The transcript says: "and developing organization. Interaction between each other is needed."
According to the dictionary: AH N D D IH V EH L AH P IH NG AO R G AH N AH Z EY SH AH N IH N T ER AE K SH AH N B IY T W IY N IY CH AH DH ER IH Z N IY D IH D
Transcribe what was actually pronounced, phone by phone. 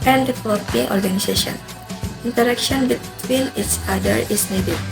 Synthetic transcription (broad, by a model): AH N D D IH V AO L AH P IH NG AO R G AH N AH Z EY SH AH N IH N T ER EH K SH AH N B IY T W IY N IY S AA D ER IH S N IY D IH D